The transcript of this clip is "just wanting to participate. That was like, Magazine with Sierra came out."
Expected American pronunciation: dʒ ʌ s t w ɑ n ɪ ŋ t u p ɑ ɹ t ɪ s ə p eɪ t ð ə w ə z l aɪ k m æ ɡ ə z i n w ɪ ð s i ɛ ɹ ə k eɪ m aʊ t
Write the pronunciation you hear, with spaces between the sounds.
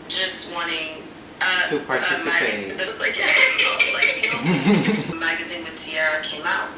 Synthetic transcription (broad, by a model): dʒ ʌ s t w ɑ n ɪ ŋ t u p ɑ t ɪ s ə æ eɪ ð ə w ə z l aɪ k m æ ɡ ə z i n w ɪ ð s i ɛ ɹ ə k eɪ m aʊ t